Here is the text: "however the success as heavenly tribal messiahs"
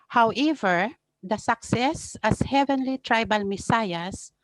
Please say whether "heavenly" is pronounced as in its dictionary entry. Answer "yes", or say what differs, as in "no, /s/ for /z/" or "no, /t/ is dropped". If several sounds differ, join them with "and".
yes